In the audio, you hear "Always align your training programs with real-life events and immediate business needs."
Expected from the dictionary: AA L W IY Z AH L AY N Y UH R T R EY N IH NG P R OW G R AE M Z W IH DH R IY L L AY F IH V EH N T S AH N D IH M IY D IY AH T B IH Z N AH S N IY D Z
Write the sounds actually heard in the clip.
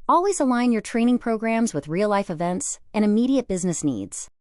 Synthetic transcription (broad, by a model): AA L W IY Z AH L AY N Y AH R T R EY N IH NG P R OW G R AE M Z W IH DH R IY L L AY F IH V EH N T S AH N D IH M IY D IY AH T B IH Z N AH S N IY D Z